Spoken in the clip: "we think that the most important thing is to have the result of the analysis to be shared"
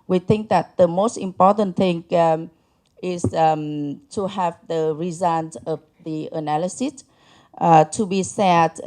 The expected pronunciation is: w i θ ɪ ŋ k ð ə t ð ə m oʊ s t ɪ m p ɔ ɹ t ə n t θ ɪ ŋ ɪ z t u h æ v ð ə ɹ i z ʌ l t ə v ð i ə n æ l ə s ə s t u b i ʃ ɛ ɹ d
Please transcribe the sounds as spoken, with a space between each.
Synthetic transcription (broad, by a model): w i θ ɪ ŋ k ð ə t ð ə m oʊ s t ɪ m p ɔ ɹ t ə n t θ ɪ ŋ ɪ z t u h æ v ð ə ɹ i z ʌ n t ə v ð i ə n æ l ə s ə s t u b i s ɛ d